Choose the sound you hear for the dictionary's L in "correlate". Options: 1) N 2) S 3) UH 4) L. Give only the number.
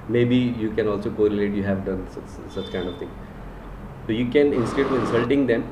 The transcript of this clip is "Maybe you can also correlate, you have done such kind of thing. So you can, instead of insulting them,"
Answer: 4